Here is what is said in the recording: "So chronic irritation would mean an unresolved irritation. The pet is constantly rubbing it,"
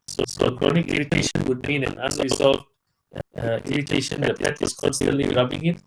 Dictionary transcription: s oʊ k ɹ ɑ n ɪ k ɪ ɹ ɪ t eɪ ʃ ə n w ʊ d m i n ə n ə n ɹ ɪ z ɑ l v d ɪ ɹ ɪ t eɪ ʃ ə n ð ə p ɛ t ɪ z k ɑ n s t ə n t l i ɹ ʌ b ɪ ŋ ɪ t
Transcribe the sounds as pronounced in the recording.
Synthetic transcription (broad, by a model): s oʊ k ɹ ɑ n ɪ k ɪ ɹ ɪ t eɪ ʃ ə n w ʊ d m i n ə n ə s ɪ s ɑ v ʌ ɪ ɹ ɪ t eɪ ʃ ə n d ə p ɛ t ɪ s k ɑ n s t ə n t l i ɹ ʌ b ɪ ŋ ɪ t